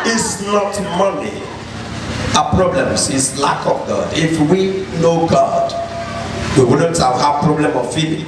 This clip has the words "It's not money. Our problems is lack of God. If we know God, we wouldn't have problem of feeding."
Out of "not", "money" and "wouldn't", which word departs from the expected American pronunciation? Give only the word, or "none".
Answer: none